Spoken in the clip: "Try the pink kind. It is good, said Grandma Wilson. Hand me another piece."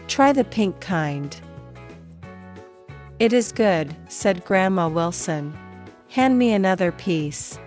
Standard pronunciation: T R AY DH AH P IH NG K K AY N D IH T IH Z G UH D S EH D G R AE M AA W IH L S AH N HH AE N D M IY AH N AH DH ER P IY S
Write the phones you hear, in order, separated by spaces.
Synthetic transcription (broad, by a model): T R AY DH AH P IH NG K K AY N D IH T IH Z G UH D S EH D G R AE M AA W IH L S AH N HH AE N D M IY AH N AH DH ER P IY S